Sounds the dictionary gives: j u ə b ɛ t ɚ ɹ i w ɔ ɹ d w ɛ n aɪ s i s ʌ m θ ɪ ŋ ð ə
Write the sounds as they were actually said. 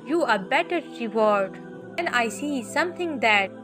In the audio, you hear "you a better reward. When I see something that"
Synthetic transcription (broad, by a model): j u ə b ɛ t ɚ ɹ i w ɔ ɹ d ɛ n aɪ s i s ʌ m t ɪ ŋ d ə